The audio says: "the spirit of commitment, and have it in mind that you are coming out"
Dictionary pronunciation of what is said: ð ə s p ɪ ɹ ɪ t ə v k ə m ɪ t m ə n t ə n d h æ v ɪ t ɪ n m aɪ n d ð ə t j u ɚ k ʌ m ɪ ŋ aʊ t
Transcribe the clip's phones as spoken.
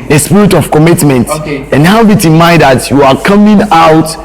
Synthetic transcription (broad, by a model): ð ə s p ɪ ɹ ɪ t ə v k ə m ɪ t m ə n t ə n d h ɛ b ɪ t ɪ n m aɪ d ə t j u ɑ k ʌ m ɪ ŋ aʊ t